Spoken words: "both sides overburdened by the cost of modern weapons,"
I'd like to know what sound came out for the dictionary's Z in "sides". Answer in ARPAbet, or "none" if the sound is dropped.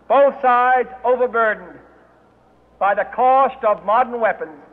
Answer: Z